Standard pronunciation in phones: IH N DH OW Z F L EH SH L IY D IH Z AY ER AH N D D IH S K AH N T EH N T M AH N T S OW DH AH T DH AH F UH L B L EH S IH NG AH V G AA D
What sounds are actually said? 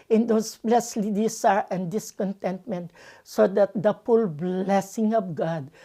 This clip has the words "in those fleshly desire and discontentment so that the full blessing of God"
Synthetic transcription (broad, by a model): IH N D OW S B L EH S L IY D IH S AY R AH N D D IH S K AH N T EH N T M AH N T S OW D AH T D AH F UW L B L EH S IH NG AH F G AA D